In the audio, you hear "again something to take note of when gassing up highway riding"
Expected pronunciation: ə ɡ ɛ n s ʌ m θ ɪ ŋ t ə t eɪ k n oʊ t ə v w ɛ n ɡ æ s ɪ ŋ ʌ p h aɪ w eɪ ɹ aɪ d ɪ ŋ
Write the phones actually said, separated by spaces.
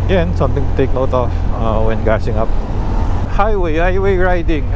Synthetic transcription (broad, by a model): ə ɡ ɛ n s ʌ m t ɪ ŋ t ə t eɪ k n oʊ t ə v w ɛ n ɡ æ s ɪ ŋ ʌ p h aɪ w eɪ ɹ aɪ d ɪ ŋ